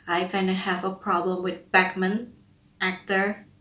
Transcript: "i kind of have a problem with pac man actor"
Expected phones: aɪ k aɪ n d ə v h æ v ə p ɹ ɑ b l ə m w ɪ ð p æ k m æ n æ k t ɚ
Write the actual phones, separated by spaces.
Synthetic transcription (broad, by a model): aɪ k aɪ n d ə h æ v ə p ɹ ɑ b l ə m w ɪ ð b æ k m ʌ n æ k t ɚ